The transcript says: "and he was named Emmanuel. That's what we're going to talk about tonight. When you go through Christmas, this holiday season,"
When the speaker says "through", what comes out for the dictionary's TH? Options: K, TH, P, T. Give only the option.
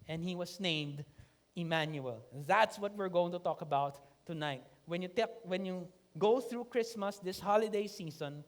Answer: TH